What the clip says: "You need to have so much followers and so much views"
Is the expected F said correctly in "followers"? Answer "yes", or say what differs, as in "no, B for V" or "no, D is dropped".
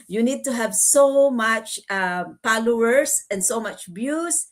no, P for F